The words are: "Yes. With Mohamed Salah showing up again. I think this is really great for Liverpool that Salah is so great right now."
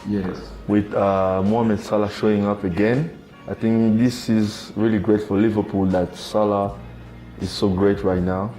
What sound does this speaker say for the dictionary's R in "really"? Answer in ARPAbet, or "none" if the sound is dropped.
R